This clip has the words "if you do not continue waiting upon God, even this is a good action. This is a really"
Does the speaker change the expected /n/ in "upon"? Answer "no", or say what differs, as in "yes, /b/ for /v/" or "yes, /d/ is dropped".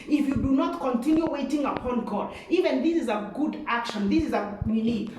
no